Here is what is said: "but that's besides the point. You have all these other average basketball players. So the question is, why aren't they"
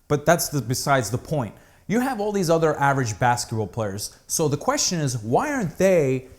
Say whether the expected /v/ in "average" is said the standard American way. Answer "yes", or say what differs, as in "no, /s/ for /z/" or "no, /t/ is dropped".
yes